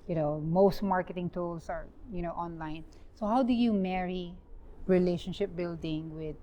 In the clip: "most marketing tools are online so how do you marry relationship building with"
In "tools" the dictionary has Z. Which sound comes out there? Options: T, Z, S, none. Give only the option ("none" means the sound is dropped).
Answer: S